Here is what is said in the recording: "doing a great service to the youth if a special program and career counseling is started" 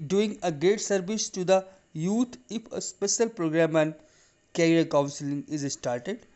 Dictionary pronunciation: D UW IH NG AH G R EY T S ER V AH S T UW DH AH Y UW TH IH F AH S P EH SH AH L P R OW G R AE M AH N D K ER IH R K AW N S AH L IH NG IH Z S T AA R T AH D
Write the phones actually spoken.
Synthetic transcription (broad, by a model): D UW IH NG AH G EY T S ER V AH S T UW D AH Y UW T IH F AH S P EH SH AH L P R OW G R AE M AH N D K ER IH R K AW N S AH L IH NG IH Z S T AA R T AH D